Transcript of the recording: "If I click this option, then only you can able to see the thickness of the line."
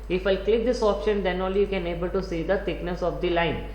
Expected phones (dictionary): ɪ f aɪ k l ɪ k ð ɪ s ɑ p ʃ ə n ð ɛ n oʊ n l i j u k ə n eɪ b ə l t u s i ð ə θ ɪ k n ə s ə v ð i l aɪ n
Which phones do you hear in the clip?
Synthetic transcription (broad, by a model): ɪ f aɪ k l ɪ k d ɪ s ɑ p ʃ ə n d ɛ n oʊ l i j u k ə n eɪ b ə l t u s i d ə t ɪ k n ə s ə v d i l aɪ n